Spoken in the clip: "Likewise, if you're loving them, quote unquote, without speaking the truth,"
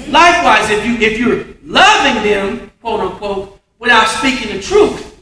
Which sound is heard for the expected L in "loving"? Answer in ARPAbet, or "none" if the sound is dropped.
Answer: L